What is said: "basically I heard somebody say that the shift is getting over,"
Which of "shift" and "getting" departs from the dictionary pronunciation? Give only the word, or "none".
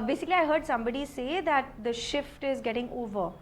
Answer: none